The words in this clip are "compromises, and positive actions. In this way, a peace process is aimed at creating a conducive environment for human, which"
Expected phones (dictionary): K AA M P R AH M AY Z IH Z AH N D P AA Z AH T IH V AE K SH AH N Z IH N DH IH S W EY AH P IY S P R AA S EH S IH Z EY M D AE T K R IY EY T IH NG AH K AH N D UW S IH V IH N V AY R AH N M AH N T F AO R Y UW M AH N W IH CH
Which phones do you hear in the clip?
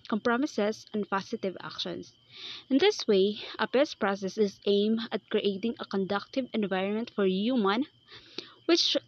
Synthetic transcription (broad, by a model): K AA M P R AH M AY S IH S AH N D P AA S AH T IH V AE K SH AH N S IH N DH IH S W EY AH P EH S P R AA S EH S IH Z EY M AH T K R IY EY T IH NG AH K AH N D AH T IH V IH N V AY R AH N M AH N T F AO R Y UW M AH N W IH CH